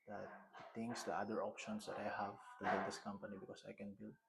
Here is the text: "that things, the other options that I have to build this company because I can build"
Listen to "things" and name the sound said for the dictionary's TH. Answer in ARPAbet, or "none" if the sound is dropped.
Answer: T